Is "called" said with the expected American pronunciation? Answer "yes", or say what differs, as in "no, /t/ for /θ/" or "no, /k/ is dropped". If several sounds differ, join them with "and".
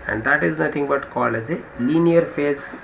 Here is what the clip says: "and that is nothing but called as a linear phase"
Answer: no, /d/ is dropped